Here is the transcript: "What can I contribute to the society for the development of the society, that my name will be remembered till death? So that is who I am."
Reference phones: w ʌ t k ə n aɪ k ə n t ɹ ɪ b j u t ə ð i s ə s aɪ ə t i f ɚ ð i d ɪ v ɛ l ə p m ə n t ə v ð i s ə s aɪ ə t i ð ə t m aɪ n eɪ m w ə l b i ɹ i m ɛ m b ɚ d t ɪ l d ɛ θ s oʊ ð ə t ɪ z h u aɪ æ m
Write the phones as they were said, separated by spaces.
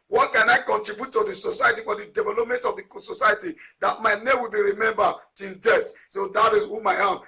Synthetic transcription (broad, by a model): w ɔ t k ə n aɪ k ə n t ɹ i b j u t ə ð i s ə s aɪ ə t i f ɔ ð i d ɪ v ɛ l ə p m ə n t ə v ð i s ə s aɪ ə t i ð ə t m aɪ n eɪ m w ə l b i ɹ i m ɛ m b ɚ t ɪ n d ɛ t s oʊ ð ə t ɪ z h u aɪ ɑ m